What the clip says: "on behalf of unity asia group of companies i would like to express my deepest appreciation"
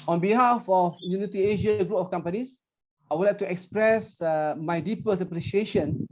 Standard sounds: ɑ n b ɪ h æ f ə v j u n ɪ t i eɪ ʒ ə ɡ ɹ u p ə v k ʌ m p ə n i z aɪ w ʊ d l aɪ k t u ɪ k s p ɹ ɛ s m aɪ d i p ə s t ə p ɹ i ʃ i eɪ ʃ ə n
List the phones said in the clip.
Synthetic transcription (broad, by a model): ɑ n b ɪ h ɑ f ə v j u n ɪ t i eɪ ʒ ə ɡ ɹ u p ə f k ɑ m p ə n i s aɪ w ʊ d l aɪ k t u ɪ k s p ɹ ɛ s m aɪ d i p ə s ə p ɹ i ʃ i eɪ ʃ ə n